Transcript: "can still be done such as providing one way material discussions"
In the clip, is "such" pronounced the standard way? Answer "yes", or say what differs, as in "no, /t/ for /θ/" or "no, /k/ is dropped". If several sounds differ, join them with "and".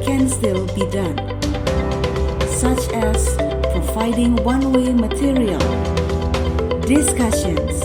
yes